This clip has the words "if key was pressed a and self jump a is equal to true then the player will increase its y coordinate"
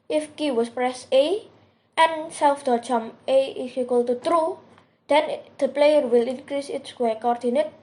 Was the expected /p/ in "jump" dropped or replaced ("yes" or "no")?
yes